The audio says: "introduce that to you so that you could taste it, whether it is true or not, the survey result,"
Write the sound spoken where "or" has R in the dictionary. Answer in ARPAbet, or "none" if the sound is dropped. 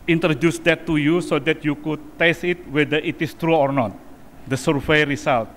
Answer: R